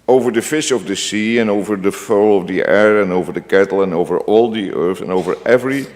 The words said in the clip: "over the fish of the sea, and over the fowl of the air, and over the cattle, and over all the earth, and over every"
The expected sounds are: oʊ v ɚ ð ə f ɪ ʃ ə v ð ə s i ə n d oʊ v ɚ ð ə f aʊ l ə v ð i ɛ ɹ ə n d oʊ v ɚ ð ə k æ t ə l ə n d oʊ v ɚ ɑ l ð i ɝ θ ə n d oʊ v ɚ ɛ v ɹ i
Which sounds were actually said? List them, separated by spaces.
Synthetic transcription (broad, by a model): oʊ v ɚ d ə f ɪ ʃ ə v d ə s i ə n oʊ v ɚ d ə f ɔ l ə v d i ɛ ɹ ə n oʊ v ɚ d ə k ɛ t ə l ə n oʊ v ɚ ɑ l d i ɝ s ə n oʊ v ɚ ɛ v ɹ i